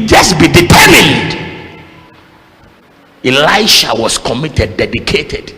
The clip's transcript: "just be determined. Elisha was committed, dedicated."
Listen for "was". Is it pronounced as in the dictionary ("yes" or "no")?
no